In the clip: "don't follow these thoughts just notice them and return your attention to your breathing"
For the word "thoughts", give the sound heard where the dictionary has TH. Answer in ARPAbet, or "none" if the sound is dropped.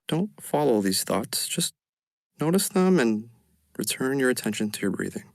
TH